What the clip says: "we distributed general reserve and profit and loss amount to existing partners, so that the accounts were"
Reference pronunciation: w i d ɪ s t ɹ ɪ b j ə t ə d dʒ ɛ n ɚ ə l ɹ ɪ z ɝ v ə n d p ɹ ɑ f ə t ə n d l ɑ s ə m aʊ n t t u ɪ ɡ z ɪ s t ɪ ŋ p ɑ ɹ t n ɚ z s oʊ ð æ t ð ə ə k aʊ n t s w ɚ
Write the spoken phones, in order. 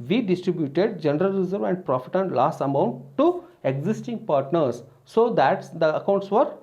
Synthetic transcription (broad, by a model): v i d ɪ s t ɹ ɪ b j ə t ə d dʒ ɛ n ɚ ə l ɹ ɪ z ɝ v ə n d p ɹ ɑ f ə t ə n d l ɑ s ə m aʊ n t t u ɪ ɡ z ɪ s t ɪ ŋ p ɑ ɹ t n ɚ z s oʊ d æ t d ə ə k aʊ n t s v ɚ